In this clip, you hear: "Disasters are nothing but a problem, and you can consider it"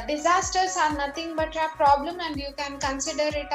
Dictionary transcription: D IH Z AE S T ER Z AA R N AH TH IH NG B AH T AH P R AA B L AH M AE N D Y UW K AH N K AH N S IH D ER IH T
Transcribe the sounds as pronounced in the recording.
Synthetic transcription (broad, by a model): D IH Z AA S T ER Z AA R N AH T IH NG B AH T AH P R AA B L AH M AE N D Y UW K AH N K AH N S IH D ER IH T